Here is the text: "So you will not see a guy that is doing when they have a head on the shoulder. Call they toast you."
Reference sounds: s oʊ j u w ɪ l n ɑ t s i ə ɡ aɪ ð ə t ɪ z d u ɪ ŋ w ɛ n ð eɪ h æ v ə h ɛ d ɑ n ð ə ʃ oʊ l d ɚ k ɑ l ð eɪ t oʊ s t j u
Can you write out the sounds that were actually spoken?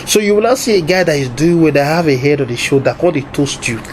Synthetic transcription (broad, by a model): s oʊ j u w ɪ l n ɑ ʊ s i ə ɡ aɪ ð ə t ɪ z d u ɪ ŋ w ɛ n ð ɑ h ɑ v ə h ɛ d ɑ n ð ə ʃ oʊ d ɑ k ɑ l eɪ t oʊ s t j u